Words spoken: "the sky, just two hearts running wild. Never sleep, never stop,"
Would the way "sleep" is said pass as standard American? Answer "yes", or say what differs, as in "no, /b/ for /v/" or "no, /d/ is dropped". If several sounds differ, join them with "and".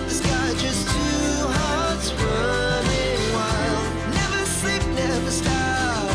no, /l/ is dropped